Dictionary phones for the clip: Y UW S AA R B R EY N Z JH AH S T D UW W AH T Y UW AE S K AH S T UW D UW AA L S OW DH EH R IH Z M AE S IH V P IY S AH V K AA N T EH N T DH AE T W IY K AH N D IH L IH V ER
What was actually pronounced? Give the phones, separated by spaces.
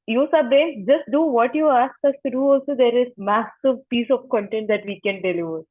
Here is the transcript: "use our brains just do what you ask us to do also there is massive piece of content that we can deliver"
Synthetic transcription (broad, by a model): Y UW S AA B EY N JH AH S T D UW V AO T Y UW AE S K AH S T UW D UW AA L S OW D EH R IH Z M AE S IH V P IY S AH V K AA N T EH N T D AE T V IY K AH N D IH L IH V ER